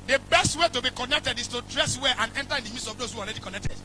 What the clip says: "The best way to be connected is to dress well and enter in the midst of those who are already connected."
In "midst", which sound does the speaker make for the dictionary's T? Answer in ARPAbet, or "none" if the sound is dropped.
none